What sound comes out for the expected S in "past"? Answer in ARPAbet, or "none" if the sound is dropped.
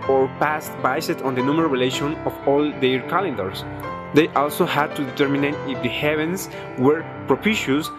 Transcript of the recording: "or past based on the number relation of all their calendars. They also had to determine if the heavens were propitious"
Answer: S